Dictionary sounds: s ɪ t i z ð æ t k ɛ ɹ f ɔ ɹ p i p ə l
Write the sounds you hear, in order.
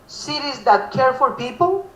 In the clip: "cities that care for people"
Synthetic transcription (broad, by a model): s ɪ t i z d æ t k ɛ ɹ f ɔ l p i p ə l